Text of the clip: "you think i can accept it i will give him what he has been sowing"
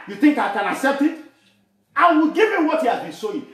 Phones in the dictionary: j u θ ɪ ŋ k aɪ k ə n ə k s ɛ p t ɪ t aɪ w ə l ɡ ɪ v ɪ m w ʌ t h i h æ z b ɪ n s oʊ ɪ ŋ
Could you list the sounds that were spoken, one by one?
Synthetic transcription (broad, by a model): j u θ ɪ ŋ k aɪ k ə n ə k s ɛ p t ɪ t aɪ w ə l ɡ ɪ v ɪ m w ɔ t h i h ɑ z b ɪ n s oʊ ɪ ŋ